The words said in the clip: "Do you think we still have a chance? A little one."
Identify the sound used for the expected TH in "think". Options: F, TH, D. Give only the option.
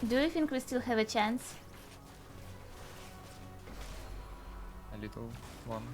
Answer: F